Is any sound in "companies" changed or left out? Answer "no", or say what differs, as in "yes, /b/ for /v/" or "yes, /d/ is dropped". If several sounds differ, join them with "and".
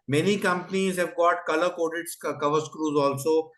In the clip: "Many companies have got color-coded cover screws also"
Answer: no